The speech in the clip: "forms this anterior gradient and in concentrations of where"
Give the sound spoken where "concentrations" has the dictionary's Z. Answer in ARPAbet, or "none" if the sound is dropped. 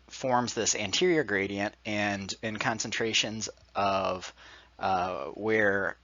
Z